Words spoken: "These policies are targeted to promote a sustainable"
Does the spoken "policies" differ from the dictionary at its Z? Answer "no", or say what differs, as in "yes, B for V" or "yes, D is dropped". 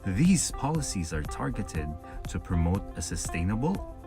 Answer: no